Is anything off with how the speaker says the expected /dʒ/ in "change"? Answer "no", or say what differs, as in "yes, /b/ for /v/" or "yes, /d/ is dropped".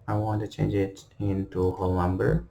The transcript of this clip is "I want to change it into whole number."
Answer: no